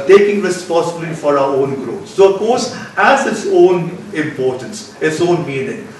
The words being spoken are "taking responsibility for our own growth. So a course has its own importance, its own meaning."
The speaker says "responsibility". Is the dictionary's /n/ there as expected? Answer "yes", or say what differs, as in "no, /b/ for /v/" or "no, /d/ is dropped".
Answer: no, /n/ is dropped